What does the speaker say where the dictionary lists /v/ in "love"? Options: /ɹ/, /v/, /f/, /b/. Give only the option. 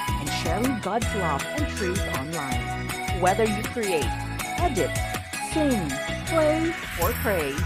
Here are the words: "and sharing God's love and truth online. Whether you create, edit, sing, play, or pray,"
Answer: /f/